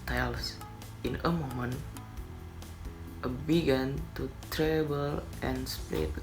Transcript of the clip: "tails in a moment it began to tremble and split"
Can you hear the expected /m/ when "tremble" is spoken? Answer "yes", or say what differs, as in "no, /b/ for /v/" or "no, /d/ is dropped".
no, /m/ is dropped